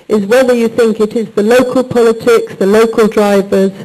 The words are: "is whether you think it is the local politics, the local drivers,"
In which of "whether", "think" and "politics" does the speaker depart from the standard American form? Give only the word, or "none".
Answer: none